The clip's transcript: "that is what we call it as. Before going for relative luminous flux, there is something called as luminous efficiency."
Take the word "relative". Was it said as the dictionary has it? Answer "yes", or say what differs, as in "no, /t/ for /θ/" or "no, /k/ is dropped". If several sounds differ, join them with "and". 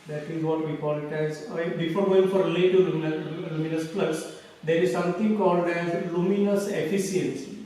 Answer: no, /l/ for /ɹ/